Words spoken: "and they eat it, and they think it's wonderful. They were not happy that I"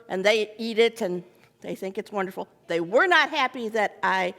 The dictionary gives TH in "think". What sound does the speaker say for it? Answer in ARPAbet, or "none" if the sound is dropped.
TH